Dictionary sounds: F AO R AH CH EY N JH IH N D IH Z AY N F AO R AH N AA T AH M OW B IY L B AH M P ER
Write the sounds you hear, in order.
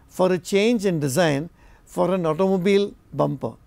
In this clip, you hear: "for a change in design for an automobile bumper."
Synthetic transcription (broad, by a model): F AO R AH CH EY N JH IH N D IH Z AY N F AO R AH N AA T AH M OW B IY L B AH M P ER